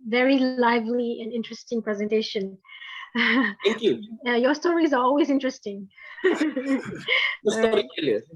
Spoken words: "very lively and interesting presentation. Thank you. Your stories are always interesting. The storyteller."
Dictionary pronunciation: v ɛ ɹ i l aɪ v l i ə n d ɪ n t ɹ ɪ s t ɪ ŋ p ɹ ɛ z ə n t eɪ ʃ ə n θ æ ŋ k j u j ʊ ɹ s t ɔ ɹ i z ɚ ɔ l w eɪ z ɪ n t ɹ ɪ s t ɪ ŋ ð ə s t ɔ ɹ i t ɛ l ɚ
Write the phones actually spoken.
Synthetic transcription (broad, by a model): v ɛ ɹ i l aɪ v l i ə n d ɪ n t ɹ ɪ s t ɪ ŋ p ɹ ɛ z ə n t eɪ ʃ ə n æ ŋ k j u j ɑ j s t ɔ ɹ i z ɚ ɔ l w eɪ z ɪ n t ɹ ɪ s t ɪ ŋ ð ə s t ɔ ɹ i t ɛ l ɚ